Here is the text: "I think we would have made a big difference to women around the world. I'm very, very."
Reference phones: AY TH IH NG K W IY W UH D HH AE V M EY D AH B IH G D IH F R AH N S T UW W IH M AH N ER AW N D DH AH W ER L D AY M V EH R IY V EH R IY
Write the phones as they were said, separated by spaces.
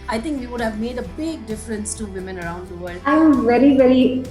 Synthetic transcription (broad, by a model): AY T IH NG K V IY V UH D HH AE V M EY D AH B IH G D IH F R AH N S T UW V IH M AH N ER AW N D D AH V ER L D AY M V EH R IY V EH R IY